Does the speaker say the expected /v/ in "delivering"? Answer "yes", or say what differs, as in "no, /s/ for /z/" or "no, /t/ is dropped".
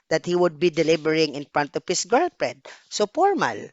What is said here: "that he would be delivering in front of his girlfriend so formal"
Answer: no, /b/ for /v/